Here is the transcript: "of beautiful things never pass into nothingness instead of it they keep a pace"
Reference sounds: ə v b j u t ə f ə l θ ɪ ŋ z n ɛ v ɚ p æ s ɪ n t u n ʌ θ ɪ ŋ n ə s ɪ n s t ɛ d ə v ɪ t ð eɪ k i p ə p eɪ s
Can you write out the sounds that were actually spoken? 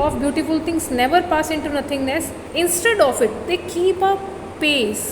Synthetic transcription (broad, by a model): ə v b j u t ə f ə l t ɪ ŋ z n ɛ v ɚ p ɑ s ɪ n t u n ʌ t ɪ ŋ n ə s ɪ n s t ɛ d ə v ɪ t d eɪ k i p ə p eɪ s